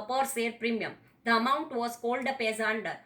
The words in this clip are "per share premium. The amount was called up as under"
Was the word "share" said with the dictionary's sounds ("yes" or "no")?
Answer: no